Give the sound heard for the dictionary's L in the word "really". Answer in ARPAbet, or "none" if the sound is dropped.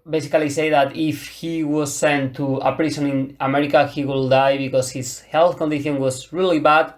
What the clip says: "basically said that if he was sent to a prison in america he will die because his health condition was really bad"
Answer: L